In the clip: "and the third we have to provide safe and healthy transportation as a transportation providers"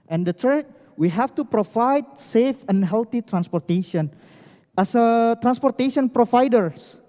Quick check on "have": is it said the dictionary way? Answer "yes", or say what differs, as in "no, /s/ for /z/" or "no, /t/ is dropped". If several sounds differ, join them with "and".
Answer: no, /f/ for /v/